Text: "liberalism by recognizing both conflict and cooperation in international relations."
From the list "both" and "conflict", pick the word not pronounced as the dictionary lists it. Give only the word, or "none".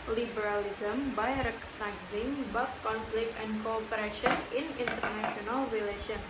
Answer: both